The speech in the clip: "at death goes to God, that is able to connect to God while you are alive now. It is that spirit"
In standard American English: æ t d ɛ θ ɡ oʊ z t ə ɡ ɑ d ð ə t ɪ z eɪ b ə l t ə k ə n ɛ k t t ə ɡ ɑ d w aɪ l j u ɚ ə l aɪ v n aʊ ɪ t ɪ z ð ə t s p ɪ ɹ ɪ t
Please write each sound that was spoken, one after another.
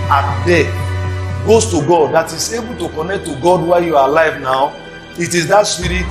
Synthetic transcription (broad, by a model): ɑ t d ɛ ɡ oʊ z t ə ɡ ɑ d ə t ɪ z eɪ b ə l t ə k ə n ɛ k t t ə ɡ ɑ d w aɪ j u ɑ ə l aɪ v n aʊ ɪ t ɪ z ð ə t s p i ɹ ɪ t